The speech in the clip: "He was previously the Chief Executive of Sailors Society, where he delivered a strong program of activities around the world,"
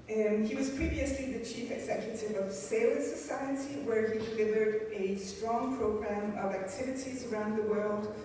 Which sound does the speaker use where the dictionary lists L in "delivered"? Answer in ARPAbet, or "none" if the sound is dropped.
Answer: N